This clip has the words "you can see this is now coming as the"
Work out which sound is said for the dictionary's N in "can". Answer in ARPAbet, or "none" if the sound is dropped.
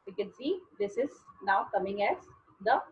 N